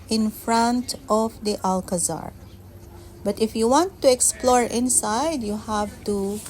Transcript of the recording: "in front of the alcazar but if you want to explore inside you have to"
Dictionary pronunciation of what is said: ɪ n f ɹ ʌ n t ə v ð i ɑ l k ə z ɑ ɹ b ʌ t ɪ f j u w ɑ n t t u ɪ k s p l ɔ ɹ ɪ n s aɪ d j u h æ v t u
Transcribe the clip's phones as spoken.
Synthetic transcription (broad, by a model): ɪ n f ɹ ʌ n t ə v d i ɑ l k ə z ɑ ɹ b ʌ t ɪ f j u w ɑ n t t u ɪ k s p l ɔ ɹ ɪ n s aɪ d j u h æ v t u